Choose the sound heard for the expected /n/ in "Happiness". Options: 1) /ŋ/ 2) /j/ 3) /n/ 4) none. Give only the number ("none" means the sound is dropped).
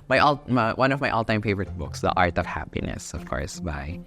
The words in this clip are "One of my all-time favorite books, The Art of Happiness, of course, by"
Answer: 3